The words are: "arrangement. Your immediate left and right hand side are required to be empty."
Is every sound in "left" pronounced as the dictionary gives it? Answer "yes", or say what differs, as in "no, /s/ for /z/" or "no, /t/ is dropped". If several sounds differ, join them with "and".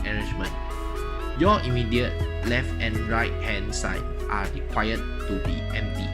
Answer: yes